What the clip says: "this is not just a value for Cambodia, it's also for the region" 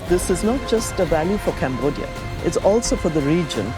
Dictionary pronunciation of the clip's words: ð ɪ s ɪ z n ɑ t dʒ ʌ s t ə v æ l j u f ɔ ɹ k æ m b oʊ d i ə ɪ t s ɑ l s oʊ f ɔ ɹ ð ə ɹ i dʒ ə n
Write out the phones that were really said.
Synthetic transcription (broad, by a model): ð ɪ s ɪ z n ɑ t dʒ ʌ s t ə v æ l j u f ɔ ɹ k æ m b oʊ d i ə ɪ t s ɑ l s oʊ f ɔ ɹ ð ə ɹ i dʒ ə n